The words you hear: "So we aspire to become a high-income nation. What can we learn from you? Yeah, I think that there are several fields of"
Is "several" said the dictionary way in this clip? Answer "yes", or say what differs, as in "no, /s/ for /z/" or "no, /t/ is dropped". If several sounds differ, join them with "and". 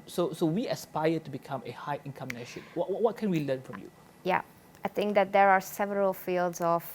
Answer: yes